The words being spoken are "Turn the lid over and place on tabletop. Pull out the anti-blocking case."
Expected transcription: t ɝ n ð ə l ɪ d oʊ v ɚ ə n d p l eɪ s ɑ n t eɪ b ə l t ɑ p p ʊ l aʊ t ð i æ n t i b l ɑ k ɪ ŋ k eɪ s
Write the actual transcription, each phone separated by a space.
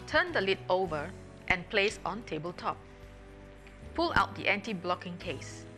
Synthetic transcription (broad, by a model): t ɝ n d ə l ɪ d oʊ v ɚ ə n p l eɪ s ɑ n t eɪ b ə l t ɑ p p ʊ l aʊ t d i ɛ n t i b l ɑ k ɪ ŋ k eɪ s